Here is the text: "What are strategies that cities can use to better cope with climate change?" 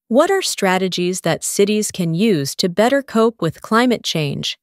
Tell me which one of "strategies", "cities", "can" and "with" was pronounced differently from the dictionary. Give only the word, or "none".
none